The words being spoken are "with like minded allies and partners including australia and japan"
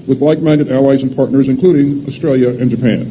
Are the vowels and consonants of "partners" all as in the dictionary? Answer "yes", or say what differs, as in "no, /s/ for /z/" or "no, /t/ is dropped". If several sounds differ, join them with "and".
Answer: yes